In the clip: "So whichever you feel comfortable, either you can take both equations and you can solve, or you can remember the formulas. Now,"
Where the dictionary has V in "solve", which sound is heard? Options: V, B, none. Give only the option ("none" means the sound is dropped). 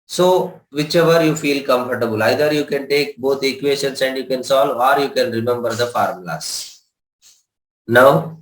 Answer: none